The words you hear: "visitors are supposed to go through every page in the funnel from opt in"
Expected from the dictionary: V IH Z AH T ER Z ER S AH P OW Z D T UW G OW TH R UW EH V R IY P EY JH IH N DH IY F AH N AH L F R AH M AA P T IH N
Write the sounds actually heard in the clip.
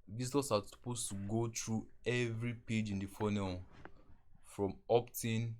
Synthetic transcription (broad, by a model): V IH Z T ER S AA S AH P OW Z T UW G OW T R UW EH V R IY P EY JH IH N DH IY F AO N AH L F R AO M AA P T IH N